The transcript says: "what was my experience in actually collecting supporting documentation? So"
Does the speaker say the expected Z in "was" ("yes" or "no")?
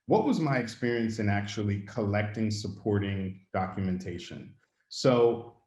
yes